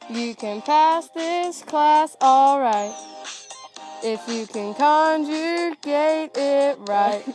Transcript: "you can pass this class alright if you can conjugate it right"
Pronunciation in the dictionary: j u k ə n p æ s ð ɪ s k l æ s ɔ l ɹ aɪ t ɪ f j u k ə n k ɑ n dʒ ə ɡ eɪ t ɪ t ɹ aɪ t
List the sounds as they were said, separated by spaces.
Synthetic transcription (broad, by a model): j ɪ k ə n p æ s ð ɪ s k l æ s ɔ l ɹ aɪ t ɪ f j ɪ k ə n k ɑ n dʒ ə ɡ eɪ t ɪ t ɹ aɪ t